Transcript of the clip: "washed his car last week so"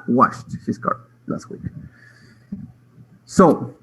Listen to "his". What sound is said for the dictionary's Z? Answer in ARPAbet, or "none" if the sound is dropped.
S